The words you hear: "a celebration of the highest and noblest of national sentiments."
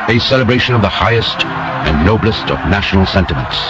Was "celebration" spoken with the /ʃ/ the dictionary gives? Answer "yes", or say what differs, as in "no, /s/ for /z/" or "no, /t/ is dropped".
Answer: yes